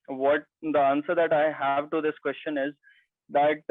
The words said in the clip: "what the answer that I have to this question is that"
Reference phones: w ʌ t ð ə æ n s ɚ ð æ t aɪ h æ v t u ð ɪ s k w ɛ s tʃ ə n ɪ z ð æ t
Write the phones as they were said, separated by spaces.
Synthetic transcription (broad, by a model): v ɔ t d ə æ n s ɚ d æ t aɪ h æ v t u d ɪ s k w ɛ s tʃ ə n ɪ z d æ t